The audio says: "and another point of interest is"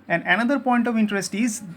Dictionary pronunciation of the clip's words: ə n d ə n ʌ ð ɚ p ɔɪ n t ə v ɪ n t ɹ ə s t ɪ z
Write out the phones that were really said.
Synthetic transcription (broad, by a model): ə n d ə n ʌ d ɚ p ɔɪ n t ə v ɪ n t ɹ ə s t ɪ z